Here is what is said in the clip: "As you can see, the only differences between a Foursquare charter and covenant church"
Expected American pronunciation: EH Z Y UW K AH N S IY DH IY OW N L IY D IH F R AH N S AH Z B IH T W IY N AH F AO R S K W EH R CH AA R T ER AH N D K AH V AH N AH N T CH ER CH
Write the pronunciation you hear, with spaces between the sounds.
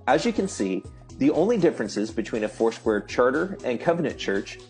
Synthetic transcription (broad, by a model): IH Z Y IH K AH N S IY DH IY OW N L IY D IH F R AH N S AH Z B IH T W IY N AH F AO R S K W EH R CH AA R T ER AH N K AH V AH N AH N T CH ER CH